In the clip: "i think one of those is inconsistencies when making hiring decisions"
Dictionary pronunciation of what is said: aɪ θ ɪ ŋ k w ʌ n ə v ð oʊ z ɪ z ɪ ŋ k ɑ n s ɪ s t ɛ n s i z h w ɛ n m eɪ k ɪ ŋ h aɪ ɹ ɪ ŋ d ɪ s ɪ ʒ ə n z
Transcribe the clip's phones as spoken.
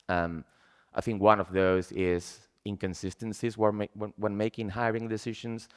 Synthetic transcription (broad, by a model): aɪ θ ɪ ŋ k w ʌ n ə v ð oʊ z ɪ z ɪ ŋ k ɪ n s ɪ s t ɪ n s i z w w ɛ n m eɪ k ɪ ŋ h aɪ ɹ ɪ ŋ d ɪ s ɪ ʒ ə n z